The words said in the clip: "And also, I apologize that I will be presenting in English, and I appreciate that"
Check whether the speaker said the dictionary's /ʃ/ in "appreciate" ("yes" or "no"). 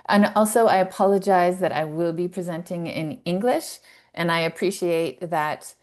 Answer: yes